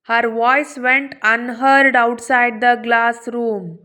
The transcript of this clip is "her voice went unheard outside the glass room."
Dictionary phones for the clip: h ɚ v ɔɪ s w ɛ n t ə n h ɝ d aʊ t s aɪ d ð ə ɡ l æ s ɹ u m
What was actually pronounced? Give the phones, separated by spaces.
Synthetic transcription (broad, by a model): h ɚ v ɔɪ s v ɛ n t ə n h ɝ d aʊ t s aɪ d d ə ɡ l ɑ s ɹ u m